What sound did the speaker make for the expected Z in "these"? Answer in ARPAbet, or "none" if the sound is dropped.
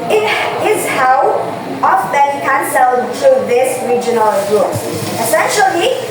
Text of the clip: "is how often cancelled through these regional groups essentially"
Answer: S